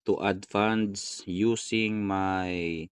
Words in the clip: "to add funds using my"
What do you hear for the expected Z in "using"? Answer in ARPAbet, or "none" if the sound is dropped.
S